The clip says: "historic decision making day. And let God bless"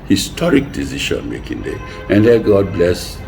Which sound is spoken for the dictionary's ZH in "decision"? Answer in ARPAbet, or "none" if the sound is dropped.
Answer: SH